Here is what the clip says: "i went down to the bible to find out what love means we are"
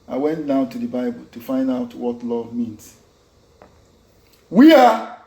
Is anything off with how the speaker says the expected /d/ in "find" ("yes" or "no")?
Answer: no